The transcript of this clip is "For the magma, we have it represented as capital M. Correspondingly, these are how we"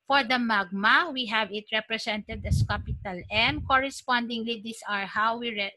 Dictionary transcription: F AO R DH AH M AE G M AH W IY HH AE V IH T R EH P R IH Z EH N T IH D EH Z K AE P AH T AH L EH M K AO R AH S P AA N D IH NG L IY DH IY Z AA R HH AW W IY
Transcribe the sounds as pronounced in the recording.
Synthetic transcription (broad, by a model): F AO R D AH M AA G M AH W IY HH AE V IH T R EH P R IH S EH N T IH D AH S K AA P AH T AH L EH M K AO R AH S P AA N D IH NG L IY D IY S AA R HH AW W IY